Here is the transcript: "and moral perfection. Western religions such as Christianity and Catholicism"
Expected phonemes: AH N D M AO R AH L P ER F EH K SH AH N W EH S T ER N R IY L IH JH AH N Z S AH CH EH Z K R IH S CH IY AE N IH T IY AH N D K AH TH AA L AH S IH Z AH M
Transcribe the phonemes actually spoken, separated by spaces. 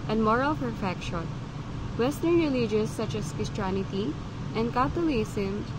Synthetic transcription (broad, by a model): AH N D M AO R AH L F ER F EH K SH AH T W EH S T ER N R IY L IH JH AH Z S AH CH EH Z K IH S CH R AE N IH T IY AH N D K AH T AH L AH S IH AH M